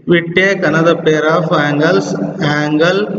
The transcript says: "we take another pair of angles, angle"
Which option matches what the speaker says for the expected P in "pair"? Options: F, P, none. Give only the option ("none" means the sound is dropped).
P